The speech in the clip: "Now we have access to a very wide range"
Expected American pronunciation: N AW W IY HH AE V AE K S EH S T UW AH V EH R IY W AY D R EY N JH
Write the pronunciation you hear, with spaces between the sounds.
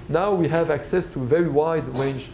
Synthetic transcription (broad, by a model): N AW W IY HH AE V AE K S EH S T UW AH V EH R IY W AY D R EY N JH